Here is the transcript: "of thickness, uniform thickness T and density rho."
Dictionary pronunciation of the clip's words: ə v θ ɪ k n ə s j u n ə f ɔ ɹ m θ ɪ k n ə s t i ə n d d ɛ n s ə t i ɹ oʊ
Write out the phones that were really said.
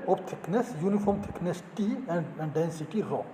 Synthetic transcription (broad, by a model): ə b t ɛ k n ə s j u n ə f ɔ ɹ m t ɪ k n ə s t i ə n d d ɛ n s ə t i ɹ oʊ